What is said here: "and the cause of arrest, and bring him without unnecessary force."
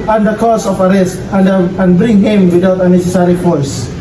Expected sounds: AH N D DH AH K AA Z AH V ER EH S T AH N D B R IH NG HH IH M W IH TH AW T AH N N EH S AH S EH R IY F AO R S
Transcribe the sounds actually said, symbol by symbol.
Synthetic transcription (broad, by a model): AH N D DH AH K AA S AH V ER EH S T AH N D B R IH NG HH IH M W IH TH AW T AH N N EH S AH S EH R IY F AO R S